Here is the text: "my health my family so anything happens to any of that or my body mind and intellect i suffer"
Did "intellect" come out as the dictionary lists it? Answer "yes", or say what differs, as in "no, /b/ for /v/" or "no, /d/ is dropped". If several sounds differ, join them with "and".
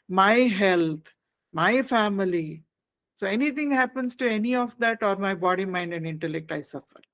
yes